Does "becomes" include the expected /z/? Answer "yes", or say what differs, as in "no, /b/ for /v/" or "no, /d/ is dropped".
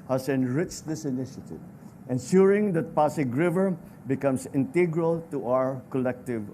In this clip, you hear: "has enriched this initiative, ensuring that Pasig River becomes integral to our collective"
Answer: no, /s/ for /z/